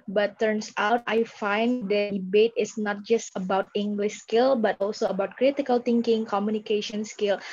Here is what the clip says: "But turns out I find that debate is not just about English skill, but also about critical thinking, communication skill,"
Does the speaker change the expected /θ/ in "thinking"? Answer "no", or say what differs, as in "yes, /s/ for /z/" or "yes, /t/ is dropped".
yes, /t/ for /θ/